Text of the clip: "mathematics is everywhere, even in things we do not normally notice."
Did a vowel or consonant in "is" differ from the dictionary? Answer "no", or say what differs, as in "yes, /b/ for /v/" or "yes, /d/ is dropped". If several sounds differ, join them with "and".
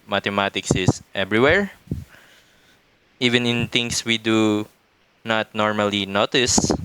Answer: yes, /s/ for /z/